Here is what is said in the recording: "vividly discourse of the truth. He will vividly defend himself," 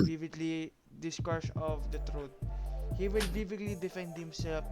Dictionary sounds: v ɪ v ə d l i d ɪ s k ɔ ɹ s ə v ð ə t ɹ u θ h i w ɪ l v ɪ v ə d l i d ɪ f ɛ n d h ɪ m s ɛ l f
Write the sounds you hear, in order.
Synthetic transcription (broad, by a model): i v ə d l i d ɪ s k ɔ ɹ s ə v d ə t ɹ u t h i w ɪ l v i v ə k l i d ɪ f ɛ n d h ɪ m s ɛ l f